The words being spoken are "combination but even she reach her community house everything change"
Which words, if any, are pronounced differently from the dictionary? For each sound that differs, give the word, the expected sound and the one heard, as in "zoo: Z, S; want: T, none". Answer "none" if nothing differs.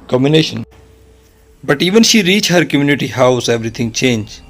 everything: TH, T